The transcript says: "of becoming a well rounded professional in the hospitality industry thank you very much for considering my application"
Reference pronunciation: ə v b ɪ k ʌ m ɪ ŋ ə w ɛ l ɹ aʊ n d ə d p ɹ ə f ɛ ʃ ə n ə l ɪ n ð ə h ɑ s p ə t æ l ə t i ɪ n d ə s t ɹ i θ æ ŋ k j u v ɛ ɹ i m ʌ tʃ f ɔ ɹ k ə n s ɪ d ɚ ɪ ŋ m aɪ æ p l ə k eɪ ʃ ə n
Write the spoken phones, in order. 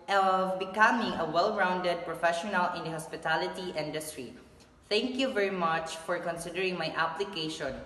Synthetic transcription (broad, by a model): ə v b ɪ k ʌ m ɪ ŋ ə w ɛ l ɹ aʊ n d ə d p ɹ ə f ɛ ʃ ə n ə l ɪ n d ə h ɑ s p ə t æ l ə t i ɪ n d ə s t ɹ i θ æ ŋ k j u v ɛ ɹ i m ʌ tʃ f ɔ ɹ k ə n s ɪ d ɚ ɪ ŋ m aɪ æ p l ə k eɪ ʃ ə n